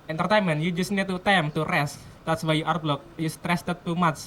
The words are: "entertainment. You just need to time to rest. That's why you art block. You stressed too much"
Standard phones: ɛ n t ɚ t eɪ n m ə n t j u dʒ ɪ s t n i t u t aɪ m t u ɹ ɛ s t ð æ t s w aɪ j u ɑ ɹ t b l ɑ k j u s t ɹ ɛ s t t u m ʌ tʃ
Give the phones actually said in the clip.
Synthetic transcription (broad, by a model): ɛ n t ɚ t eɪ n m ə n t j u dʒ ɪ s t n i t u t aɪ m t u ɹ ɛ s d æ t s w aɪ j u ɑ ɹ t b l ɑ k j u s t ɹ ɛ s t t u m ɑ tʃ